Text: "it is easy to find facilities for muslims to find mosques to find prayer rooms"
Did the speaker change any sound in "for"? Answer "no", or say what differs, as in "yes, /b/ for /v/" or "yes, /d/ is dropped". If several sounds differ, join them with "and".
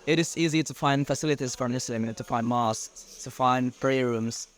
no